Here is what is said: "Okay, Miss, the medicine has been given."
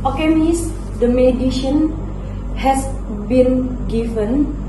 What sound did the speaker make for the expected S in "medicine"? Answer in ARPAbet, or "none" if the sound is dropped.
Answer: SH